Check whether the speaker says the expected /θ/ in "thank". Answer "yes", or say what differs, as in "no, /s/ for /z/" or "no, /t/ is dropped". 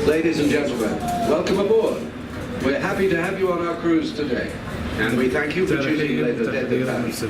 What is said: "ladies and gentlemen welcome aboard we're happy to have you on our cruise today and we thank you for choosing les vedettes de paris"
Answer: yes